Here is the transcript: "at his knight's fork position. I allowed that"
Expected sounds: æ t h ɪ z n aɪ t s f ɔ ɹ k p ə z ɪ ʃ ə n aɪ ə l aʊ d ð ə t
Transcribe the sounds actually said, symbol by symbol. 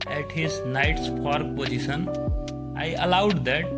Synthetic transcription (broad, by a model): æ t h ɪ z n aɪ t s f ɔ ɹ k p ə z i s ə n aɪ ə l aʊ d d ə t